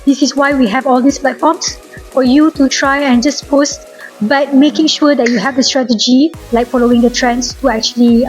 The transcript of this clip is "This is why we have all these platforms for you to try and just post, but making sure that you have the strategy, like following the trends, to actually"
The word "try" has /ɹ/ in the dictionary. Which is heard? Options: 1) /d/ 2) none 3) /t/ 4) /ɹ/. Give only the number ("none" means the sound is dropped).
4